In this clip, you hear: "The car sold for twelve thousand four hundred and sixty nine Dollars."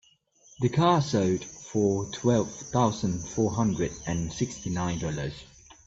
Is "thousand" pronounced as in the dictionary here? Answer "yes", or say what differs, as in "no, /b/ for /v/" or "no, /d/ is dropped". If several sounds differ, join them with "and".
yes